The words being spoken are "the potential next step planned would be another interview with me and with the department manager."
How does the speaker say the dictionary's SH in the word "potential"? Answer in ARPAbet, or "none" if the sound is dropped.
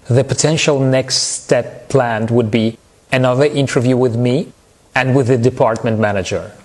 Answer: SH